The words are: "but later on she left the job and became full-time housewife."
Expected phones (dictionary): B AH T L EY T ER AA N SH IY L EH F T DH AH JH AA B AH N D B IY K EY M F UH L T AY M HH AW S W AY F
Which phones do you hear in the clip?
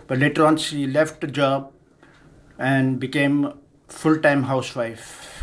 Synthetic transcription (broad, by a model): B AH T L EY T ER AA N S IY L EH F T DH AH JH AA B AH N D B IY K EY M F UH L T AY M HH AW S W AY F